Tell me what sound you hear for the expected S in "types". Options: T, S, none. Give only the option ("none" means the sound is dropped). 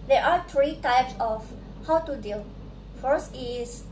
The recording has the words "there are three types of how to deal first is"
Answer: S